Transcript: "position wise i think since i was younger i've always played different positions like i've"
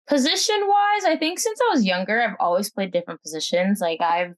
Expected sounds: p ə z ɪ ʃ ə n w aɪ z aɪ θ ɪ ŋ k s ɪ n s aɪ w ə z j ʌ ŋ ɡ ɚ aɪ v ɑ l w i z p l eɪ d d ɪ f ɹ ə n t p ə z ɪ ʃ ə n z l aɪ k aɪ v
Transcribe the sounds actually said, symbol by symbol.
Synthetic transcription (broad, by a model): p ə z ɪ ʃ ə n w aɪ z aɪ θ ɪ ŋ k s ɪ n s aɪ w ə z j ʌ ŋ ɡ ɚ aɪ v ɑ l w i z p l eɪ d d ɪ f ɹ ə n p ə z ɪ ʃ ə n z l aɪ k aɪ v